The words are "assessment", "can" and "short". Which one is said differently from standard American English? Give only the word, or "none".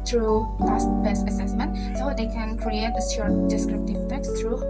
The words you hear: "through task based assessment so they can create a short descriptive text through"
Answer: short